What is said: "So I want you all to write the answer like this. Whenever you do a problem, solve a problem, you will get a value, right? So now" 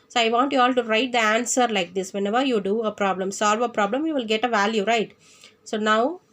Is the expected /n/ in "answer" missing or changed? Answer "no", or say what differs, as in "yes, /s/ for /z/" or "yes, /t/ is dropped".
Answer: no